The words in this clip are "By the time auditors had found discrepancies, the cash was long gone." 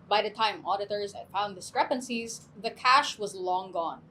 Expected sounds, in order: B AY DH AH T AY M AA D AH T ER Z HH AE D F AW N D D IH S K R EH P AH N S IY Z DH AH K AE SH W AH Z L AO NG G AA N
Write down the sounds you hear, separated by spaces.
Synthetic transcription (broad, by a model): B AY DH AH T AY M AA D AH T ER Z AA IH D F AW N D D IH S K R EH P AH N S IY Z DH AH K AE SH W AH Z L AO NG G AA N